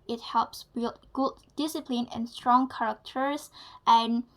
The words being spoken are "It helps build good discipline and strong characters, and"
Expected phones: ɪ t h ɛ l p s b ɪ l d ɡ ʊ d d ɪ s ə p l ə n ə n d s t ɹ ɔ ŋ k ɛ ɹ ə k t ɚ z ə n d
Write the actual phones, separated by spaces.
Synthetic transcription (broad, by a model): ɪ t h ɛ l p s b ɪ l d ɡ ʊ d d ɪ s ə p l ə n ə n s t ɹ ɔ ŋ k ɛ ɹ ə k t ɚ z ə n